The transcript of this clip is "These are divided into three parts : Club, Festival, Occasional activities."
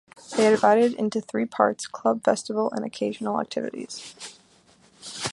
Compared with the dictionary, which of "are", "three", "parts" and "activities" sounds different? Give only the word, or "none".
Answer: none